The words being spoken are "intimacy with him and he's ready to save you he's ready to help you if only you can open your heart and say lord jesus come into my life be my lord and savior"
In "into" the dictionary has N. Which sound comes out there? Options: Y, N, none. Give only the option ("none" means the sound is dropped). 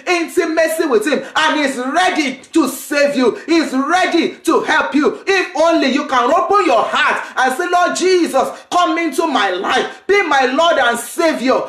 N